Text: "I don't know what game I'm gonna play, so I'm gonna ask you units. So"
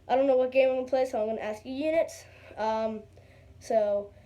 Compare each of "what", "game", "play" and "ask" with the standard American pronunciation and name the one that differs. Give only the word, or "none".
game